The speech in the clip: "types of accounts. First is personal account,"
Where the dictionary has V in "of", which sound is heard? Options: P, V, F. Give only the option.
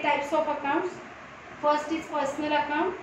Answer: P